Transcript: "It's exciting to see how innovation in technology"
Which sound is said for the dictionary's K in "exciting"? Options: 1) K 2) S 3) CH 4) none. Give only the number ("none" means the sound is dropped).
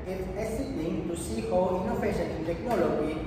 4